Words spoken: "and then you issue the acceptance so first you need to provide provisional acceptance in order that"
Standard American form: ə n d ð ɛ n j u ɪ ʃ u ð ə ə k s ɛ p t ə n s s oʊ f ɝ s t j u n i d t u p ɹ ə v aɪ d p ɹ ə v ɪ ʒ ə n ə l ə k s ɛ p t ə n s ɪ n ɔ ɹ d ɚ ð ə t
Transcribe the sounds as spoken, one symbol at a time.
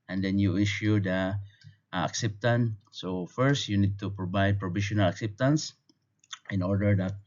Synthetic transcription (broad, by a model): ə n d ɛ n j u ɪ ʃ u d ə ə k s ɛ p t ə n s s oʊ f ɝ s t j u n i d t u p ɹ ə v aɪ d p ɹ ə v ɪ ʃ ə n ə l ə k s ɛ p t ə n s ɪ n ɔ ɹ d ɚ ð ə t